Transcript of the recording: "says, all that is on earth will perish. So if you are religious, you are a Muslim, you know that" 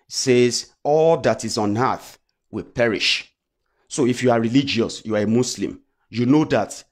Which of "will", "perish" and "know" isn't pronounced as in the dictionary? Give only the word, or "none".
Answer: none